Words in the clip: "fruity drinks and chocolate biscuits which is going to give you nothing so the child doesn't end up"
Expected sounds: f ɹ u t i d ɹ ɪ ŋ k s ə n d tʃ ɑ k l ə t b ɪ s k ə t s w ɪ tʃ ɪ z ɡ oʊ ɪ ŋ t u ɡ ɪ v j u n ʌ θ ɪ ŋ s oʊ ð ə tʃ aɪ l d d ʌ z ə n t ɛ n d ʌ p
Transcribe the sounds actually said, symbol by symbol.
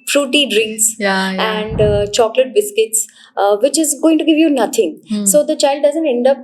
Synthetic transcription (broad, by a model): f ɹ u t i d ɹ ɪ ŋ k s ə n d tʃ ɑ k l ə t b ɪ s k ə t s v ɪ tʃ ɪ z ɡ oʊ ɪ ŋ t u ɡ ɪ v j u n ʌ t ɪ ŋ s oʊ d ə tʃ aɪ l d d ʌ z ə n t ɛ n d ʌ p